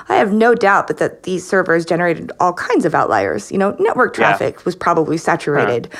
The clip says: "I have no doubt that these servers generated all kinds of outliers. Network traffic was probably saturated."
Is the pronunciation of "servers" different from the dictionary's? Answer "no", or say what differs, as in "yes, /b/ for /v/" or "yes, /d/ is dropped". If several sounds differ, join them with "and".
no